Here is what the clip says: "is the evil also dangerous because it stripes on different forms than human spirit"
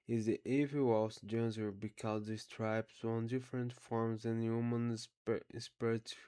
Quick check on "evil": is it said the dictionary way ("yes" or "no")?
no